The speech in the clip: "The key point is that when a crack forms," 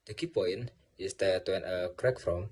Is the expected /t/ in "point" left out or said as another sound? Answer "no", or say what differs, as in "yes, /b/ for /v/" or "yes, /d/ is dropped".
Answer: yes, /t/ is dropped